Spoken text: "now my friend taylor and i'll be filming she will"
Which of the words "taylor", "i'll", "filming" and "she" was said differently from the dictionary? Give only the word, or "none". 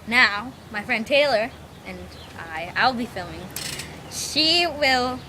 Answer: none